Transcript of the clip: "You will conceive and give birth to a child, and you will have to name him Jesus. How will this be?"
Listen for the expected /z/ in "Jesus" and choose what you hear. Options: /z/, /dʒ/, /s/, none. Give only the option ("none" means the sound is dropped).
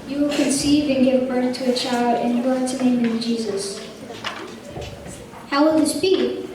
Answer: /z/